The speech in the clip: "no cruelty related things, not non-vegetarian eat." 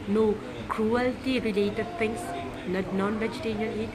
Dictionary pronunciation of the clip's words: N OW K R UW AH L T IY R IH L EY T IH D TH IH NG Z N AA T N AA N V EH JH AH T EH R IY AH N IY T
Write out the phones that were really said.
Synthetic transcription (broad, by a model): N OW K R UW AH L T IY R IH L EY T IH D T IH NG S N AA N AA N V EH JH AH T EH R IY AH N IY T